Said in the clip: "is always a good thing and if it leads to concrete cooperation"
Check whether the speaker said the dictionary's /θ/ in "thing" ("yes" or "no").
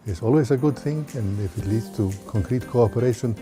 yes